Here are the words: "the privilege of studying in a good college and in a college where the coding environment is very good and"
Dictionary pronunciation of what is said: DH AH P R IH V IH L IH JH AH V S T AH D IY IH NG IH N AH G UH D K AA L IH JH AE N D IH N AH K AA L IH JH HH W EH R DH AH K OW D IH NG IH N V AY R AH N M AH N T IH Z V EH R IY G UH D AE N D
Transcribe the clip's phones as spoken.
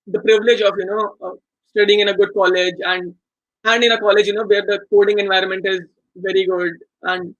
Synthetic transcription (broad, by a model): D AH P R IH V IH L IH JH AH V S T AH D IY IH NG IH N AH G UH D K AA L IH JH AE N D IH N AH K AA L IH JH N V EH R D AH K OW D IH NG IH N V AY R AH N M AH N T IH Z V EH R IY G UH D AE N D